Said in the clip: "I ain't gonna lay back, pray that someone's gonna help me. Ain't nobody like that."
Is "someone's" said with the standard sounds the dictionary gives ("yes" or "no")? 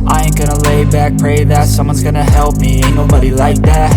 yes